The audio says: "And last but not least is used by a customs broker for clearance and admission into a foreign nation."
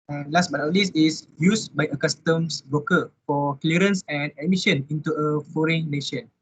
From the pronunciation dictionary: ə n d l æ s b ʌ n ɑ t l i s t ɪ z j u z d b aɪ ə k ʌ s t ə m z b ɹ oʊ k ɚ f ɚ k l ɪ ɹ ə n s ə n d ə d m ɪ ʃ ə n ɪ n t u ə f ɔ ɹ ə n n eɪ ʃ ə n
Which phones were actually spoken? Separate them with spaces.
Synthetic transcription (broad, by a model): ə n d l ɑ s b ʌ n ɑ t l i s ɪ s j u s b aɪ ə k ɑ s t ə m s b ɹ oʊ k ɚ f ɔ k l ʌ ɹ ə n s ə n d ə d m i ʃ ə n ɪ n t u ə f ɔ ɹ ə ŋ n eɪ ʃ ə n